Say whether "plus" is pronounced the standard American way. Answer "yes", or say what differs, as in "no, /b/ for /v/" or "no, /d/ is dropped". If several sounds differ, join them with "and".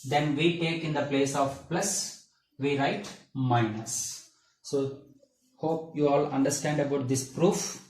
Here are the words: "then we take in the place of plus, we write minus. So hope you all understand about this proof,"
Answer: yes